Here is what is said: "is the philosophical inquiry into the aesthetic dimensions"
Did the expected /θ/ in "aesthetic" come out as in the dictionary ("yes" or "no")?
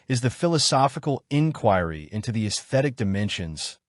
yes